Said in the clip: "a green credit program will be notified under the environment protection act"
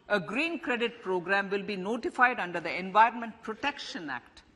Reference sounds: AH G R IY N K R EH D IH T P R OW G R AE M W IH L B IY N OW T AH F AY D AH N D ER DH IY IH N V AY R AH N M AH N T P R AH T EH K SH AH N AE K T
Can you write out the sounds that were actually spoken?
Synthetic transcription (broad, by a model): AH G R IY N K R EH D IH T P R OW G R AE M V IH L B IY N OW T AH F AY D AH N D ER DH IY IH N V AY R AH N M AH N T P R AH T EH K SH AH N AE K T